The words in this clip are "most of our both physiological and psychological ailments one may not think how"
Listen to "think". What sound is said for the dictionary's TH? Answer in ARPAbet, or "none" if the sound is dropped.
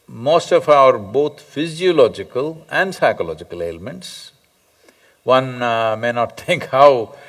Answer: T